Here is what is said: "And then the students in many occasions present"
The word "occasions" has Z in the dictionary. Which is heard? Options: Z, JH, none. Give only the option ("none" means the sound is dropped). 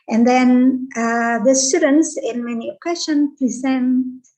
none